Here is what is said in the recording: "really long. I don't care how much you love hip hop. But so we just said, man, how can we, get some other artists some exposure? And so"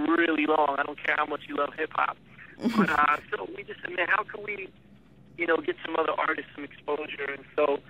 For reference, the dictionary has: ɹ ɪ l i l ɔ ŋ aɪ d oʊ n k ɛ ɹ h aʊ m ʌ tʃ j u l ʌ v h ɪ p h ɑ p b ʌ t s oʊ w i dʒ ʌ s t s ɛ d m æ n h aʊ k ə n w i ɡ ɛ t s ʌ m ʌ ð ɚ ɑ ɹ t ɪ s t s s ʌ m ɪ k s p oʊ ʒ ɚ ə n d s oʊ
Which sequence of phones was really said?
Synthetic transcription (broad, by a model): ɹ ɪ l i l ɔ ŋ aɪ d oʊ n k ɛ ɹ h aʊ m ʌ tʃ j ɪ l ʌ v h ɪ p h ɑ p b ʌ t s oʊ w i dʒ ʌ s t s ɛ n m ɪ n h aʊ k ə n w i ɡ ɛ t s ʌ m ʌ ð ɚ ɑ ɹ t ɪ s t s s ʌ m ɪ k s p oʊ ʒ ɚ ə n s oʊ